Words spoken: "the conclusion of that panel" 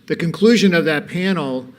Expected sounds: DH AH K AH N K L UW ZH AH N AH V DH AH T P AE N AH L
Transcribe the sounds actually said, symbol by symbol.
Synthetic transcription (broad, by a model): DH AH K AH N K L UW ZH AH N AH V DH AH T P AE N L